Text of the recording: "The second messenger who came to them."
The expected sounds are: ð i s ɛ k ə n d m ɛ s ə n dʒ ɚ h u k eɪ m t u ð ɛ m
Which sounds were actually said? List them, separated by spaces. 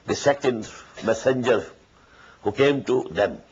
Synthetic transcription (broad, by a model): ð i s ɛ k ə n d m ɛ s ə n dʒ ɚ h u k eɪ m t u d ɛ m